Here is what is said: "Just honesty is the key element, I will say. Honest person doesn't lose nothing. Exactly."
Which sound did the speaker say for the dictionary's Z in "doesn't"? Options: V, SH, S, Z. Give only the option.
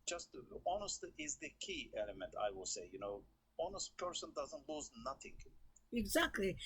Z